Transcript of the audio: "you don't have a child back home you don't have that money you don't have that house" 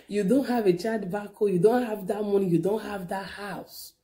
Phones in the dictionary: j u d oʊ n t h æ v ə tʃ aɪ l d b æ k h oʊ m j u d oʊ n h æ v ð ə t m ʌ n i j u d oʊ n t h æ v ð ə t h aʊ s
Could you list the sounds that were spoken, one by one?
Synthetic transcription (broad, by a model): j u d oʊ n t h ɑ v ə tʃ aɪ d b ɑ k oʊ j u d oʊ n h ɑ v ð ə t m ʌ n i j u d oʊ n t h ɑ v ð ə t h aʊ s